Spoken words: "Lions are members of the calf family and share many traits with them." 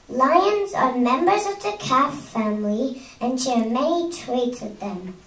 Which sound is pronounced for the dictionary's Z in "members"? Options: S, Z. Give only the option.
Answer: Z